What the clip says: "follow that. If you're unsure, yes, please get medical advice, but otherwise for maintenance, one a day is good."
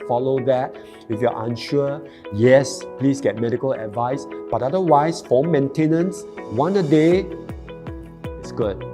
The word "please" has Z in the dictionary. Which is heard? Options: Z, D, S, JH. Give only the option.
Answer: S